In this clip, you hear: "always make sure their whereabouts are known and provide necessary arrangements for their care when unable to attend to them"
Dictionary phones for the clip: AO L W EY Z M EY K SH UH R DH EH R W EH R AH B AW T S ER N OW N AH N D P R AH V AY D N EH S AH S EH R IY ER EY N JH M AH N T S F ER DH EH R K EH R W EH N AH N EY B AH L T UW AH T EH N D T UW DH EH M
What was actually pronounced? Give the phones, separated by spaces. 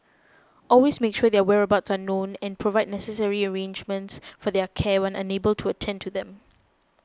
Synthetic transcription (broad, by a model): AO L W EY S M EY K SH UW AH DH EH W EH R AH B AW T S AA N OW N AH N P R AH V AY D N EH S AH S EH R IY ER EY N JH M AH N T S F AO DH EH K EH W EH N AH N EY B AH L T UW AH T EH N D T UW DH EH M